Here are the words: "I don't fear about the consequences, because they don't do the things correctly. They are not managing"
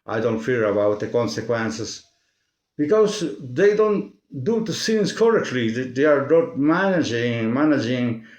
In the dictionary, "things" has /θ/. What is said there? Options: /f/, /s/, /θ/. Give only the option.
/s/